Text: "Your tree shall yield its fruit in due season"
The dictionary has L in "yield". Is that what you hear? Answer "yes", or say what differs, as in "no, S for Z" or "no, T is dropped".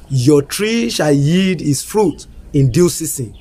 no, L is dropped